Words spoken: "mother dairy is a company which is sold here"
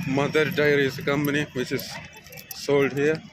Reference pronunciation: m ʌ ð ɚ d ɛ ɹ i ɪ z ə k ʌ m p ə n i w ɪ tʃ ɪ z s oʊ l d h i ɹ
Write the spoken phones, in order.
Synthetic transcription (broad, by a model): m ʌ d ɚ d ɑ i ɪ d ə k ʌ m p ə n i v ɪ tʃ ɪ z s oʊ l d h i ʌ